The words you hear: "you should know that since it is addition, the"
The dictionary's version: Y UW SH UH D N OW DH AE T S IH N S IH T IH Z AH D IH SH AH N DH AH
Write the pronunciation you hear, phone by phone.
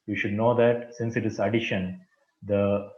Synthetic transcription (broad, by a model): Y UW SH UH D N OW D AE T S IH N S IH T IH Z AH D IH SH AH N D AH